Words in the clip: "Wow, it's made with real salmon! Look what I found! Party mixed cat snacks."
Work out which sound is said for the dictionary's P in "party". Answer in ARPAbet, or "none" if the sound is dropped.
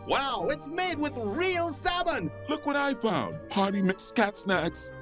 P